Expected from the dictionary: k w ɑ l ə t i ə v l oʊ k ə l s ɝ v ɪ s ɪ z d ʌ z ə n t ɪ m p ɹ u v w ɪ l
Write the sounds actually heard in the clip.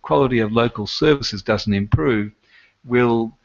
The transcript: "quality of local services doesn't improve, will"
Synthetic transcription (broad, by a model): k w ɑ l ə t i ə v l oʊ k ə l s ɝ v ɪ s ɪ z d ʌ z n t ɪ m p ɹ u v w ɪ l